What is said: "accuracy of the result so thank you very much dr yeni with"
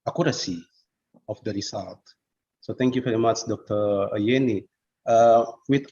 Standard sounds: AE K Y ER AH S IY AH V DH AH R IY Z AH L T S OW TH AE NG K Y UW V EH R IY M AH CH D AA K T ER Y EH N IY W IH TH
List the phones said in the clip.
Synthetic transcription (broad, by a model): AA K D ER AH S IY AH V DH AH R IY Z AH L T S OW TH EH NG K Y UW V EH R IY M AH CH D AA K T ER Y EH N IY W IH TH